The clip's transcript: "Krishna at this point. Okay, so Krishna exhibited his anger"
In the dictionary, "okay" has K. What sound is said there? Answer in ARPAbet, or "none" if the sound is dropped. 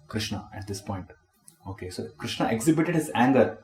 K